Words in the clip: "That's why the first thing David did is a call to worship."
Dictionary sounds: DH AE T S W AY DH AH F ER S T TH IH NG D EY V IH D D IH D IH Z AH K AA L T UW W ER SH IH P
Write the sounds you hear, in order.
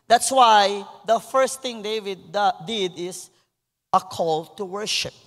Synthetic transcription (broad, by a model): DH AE T S W AY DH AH F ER S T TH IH NG D EY V IH D D IH D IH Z AH K AA L T UW W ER SH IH P